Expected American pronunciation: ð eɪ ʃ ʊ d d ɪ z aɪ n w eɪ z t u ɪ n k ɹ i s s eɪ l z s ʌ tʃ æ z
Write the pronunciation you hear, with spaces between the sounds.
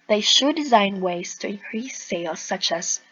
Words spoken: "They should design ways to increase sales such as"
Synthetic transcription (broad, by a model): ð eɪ ʃ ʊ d d ɪ z aɪ n w eɪ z t u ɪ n k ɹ i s s eɪ l s ʌ tʃ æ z